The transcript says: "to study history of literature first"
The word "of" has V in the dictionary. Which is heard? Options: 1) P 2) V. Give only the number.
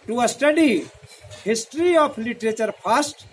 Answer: 1